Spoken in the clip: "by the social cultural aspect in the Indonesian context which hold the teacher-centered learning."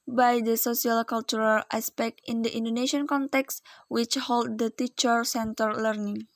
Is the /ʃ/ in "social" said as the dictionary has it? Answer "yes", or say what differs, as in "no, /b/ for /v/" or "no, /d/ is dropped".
no, /s/ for /ʃ/